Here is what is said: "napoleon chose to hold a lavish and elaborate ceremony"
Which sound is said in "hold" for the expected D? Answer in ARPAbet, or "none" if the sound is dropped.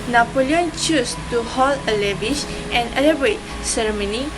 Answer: none